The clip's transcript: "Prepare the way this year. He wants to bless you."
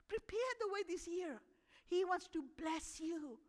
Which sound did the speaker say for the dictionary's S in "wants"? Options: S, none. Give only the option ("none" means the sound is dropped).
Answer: S